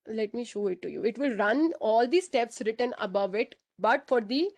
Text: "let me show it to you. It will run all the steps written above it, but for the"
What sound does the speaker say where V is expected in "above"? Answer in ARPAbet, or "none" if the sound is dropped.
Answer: V